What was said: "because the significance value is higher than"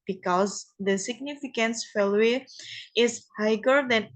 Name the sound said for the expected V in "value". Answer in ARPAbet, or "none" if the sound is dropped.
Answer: F